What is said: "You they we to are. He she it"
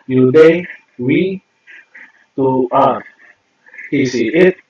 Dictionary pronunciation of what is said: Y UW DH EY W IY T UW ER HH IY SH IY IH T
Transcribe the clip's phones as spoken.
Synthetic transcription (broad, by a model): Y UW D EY W IY T UW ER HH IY S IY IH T